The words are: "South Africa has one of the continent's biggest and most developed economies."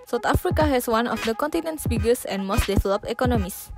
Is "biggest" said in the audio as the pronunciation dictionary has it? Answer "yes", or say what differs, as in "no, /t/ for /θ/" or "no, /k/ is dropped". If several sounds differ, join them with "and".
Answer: no, /t/ is dropped